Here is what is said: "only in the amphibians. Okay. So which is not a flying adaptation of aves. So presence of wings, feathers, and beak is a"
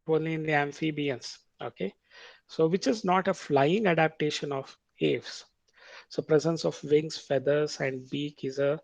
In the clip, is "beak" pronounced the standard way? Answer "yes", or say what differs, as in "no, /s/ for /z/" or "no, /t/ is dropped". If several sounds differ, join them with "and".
yes